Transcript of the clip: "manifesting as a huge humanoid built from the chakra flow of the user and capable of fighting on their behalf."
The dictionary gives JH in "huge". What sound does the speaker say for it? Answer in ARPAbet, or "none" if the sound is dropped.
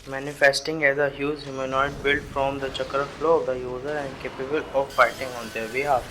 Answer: Z